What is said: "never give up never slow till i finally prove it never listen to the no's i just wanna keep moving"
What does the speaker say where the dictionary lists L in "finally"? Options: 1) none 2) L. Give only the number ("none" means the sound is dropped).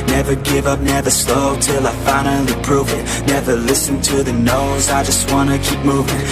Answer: 1